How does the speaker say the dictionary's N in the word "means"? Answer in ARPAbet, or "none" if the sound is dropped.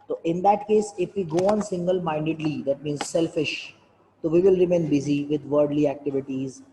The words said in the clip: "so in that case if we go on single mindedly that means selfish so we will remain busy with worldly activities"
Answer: N